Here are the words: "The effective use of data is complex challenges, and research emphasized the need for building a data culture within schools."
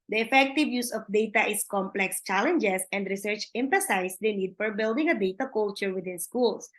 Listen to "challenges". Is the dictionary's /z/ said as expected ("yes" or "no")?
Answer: no